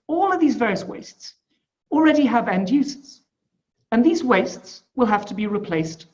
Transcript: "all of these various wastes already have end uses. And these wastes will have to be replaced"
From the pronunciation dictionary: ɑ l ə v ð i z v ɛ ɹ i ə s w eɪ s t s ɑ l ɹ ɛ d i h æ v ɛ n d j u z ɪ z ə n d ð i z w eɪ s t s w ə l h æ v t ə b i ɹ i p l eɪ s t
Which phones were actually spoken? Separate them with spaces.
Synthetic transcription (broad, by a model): ɑ l ə v ð i z v ɛ ɹ i ə s w eɪ s t s l ɹ ɛ d i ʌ v ɛ n d j u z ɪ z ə n ð i z w eɪ s t s w ə l h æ f t ə b i ɹ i p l eɪ s t